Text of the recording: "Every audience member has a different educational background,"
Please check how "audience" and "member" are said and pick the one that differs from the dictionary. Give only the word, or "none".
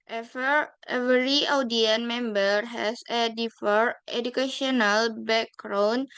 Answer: audience